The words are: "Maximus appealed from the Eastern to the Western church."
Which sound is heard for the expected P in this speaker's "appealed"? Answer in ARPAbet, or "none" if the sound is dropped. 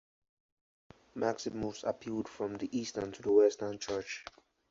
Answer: P